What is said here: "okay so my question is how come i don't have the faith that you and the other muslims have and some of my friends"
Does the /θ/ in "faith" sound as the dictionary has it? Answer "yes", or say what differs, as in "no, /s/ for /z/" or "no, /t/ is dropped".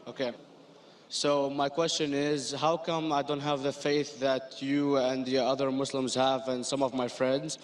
yes